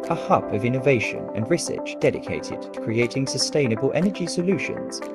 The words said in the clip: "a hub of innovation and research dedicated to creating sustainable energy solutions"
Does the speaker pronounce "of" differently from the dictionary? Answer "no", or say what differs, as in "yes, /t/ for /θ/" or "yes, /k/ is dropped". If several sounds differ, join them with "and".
no